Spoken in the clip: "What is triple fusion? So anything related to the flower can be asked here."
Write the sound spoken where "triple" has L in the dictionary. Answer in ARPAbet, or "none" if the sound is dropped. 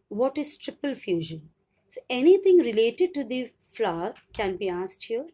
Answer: L